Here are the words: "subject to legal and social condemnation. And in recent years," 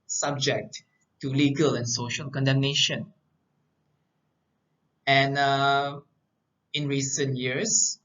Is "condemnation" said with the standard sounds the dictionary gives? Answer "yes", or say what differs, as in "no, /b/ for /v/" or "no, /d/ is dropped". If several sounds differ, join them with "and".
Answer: yes